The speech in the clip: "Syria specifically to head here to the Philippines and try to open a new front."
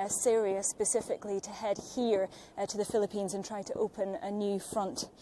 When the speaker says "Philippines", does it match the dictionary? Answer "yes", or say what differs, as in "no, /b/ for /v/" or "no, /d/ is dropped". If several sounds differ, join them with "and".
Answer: yes